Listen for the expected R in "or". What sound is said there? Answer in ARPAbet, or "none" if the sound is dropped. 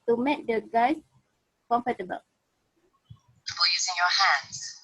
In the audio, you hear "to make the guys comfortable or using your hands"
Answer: L